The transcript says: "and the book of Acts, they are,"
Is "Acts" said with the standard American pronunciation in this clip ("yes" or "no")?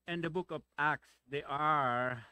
yes